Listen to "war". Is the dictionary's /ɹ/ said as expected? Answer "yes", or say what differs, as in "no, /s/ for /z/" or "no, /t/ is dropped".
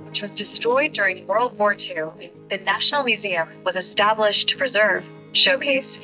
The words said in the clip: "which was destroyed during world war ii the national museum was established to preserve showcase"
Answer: yes